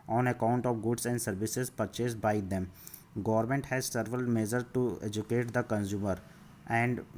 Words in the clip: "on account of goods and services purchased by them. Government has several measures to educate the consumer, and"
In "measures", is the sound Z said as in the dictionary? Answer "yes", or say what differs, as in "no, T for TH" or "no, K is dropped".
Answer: no, Z is dropped